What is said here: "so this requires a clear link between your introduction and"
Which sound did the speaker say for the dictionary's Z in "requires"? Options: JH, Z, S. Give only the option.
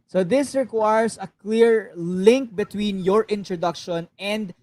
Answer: S